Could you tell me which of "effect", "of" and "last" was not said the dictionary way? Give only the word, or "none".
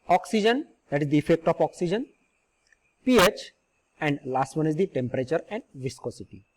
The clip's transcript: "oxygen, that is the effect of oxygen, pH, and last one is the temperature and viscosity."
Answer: of